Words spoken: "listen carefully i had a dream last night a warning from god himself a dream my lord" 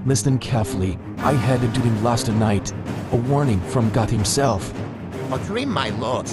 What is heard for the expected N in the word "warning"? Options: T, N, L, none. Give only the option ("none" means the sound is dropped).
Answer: N